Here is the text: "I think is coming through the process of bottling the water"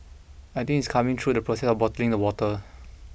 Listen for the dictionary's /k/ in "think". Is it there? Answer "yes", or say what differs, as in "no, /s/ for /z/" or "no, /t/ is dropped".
no, /k/ is dropped